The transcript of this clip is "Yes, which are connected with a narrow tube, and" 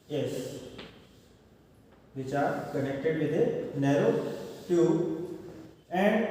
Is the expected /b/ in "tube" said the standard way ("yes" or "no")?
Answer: no